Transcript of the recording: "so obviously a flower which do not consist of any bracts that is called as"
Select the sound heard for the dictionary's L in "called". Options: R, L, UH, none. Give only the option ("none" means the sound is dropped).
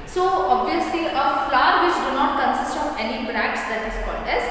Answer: none